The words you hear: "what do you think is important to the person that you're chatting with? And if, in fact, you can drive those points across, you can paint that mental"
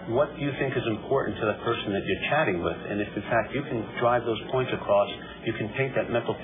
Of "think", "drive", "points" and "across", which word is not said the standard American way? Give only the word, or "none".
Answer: none